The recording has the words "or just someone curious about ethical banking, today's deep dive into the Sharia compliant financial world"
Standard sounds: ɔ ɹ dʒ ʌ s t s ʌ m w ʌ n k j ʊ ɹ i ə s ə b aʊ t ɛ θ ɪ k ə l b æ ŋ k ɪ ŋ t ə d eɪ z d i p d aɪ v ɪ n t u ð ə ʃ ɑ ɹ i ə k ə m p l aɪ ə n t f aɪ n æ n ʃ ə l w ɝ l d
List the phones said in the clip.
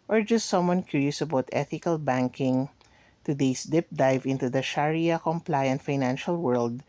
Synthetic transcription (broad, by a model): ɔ ɹ dʒ ʌ s t s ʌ m w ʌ n k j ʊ ɹ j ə s ə b aʊ t ɛ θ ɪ k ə l b æ ŋ k ɪ ŋ t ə d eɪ s d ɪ p d aɪ v ɪ n t u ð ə ʃ ɑ ɹ i ə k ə m p l aɪ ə n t f aɪ n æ n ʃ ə l w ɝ l d